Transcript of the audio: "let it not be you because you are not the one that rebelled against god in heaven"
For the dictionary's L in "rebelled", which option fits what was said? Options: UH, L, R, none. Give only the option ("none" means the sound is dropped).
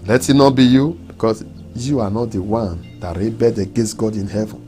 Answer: none